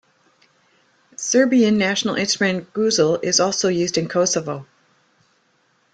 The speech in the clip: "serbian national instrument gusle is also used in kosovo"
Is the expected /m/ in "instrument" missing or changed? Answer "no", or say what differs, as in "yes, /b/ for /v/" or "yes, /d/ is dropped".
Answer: yes, /m/ is dropped